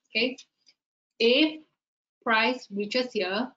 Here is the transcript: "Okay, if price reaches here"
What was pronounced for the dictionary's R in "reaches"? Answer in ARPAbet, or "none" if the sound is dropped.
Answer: W